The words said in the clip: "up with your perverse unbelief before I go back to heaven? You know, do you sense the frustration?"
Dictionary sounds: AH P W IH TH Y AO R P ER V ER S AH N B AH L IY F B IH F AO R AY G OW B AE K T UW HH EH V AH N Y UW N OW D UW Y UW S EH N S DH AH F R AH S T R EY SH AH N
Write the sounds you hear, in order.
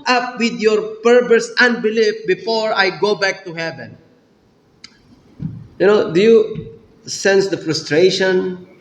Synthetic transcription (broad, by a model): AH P W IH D Y AO R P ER P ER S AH N B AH L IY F B IH F AO R AY G OW B AE K T UW HH EH V AH N Y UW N OW D UW Y UW S EH N S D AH F R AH S T R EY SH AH N